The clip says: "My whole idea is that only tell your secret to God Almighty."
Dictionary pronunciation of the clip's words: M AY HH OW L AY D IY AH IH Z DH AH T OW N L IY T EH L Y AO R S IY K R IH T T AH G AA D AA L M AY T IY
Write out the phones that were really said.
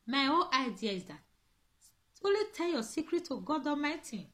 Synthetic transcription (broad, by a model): M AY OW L AY D IY AH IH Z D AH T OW L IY T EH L Y AO S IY K R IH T T AH G AA D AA M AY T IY